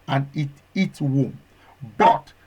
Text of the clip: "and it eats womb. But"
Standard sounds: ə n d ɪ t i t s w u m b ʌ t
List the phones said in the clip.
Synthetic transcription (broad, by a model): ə n ɪ t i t w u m b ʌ t